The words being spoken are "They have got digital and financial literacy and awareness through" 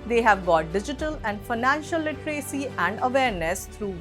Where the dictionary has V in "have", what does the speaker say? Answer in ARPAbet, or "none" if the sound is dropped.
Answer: V